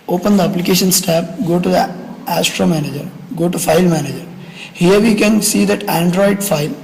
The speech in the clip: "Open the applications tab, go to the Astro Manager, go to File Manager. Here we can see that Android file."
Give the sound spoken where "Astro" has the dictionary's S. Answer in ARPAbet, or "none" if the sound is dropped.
S